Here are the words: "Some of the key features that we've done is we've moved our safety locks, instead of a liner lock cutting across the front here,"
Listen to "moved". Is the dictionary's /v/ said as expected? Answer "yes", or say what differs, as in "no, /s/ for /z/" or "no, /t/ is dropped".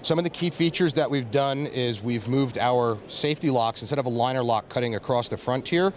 yes